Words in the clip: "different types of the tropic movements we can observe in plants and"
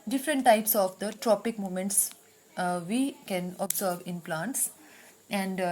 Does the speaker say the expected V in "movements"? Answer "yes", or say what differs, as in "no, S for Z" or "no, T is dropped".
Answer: no, V is dropped